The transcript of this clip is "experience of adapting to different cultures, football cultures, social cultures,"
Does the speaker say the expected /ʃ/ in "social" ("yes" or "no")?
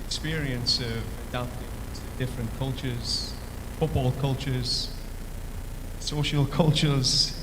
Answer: yes